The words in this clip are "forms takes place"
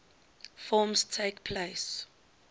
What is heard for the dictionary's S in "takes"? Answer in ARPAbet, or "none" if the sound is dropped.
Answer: none